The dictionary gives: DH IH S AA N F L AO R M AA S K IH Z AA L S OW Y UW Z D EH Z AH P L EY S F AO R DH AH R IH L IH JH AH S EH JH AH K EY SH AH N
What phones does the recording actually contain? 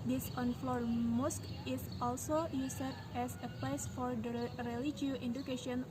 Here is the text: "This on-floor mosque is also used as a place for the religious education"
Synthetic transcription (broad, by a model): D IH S AA N F L AO R M AA S K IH S AA L S OW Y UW S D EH S AH P L EY S F AO R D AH R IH L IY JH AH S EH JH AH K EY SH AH N